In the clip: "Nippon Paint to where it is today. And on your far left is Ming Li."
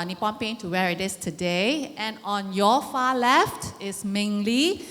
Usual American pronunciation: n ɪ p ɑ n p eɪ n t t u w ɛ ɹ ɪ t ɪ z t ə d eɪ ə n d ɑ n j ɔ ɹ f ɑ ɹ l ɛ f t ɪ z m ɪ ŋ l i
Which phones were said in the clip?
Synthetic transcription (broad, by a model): n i p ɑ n p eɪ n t t u w ɛ ɹ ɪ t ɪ s t ə d eɪ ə n ɑ n j ɔ f ɑ l ɛ f t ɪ s m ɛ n l i